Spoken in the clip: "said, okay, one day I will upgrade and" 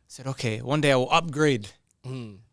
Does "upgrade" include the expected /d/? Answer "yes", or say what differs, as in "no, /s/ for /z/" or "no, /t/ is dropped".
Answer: no, /d/ is dropped